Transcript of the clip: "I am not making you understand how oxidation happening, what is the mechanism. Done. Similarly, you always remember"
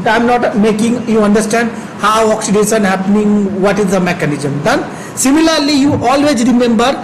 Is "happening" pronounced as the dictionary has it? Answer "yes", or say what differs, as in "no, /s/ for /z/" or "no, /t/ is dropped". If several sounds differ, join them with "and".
yes